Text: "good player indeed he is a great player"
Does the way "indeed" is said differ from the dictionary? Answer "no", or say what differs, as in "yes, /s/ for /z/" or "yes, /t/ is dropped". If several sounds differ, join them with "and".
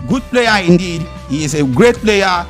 no